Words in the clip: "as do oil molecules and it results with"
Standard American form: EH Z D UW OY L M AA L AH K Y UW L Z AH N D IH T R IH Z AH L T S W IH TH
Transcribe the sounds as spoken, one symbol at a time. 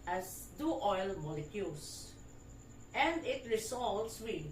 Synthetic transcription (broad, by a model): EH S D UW OY L M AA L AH K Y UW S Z AH N D IH T R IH S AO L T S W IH